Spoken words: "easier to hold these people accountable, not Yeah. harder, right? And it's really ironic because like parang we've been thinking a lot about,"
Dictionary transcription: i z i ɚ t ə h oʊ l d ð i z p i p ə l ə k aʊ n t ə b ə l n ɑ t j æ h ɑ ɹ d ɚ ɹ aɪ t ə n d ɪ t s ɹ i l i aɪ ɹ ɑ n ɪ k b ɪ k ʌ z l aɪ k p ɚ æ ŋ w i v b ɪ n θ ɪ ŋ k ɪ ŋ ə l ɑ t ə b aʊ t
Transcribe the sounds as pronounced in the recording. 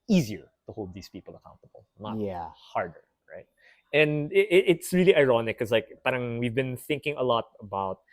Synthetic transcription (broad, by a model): i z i ɚ t ə h oʊ l d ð i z p i p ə l ə k aʊ n t ə b ə l n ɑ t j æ h ɑ ɹ d ɚ ɹ aɪ t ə n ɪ ɪ t s ɹ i l i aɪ ɹ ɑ n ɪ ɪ k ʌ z l aɪ k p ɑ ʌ ŋ w i v b ɪ n θ ɪ ŋ k ɪ ŋ ə l ɑ t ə b aʊ t